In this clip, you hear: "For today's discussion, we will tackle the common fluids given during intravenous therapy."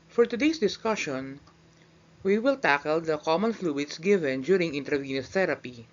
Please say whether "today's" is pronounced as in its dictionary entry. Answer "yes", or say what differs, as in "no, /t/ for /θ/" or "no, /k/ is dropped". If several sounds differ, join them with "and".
no, /s/ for /z/